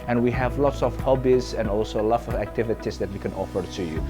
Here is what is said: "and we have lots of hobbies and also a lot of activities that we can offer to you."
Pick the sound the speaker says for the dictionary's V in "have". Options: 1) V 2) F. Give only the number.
1